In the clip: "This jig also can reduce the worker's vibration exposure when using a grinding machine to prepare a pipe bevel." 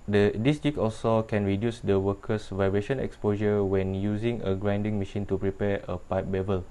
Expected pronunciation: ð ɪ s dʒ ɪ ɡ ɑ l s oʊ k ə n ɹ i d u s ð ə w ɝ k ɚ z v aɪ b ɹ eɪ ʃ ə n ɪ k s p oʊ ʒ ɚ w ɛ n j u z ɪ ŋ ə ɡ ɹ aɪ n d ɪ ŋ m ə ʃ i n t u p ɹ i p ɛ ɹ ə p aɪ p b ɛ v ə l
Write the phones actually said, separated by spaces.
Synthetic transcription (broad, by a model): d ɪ s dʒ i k ɑ l s oʊ k ə n ɹ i d u s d ə w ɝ k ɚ s v aɪ b ɹ eɪ ʃ ə n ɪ k s p oʊ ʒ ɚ w ɛ n j u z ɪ ŋ ə ɡ ɹ aɪ n d ɪ ŋ m ə ʃ i n t u p ɹ i p ɛ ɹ ə p aɪ p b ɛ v ə l